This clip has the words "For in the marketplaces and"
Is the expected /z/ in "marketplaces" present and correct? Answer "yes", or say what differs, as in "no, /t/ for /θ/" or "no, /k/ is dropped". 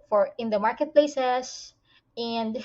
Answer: no, /s/ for /z/